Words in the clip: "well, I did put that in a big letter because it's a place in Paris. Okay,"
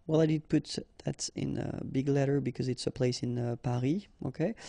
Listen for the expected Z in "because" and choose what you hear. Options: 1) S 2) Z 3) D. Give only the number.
2